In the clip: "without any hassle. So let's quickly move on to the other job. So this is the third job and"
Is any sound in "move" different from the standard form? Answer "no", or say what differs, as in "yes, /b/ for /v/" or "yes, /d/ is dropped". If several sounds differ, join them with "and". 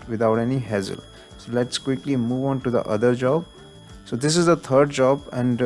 no